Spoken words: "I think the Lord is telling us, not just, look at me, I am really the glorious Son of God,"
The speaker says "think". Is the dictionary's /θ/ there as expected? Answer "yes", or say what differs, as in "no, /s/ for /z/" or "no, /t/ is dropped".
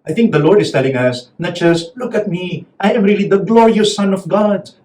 no, /t/ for /θ/